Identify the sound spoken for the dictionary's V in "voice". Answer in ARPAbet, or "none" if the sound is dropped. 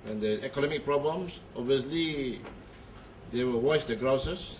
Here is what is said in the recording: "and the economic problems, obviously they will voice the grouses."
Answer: W